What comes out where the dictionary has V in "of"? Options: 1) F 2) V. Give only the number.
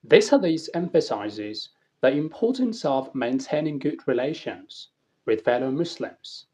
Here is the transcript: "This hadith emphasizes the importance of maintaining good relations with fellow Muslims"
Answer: 2